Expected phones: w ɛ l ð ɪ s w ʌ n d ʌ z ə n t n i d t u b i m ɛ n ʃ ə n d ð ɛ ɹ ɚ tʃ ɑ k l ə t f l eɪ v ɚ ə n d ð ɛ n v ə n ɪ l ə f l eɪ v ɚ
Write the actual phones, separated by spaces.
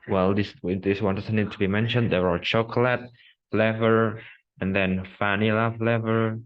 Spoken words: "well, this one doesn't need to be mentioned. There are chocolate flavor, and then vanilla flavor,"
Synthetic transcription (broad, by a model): w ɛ l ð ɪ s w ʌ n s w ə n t n i d t u b i m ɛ n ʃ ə n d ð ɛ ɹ ɚ tʃ ɑ k l ə t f l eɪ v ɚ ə n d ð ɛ n f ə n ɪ l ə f l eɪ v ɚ